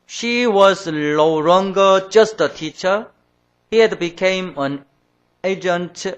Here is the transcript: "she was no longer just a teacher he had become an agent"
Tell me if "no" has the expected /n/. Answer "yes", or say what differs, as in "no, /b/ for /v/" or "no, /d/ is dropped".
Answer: no, /l/ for /n/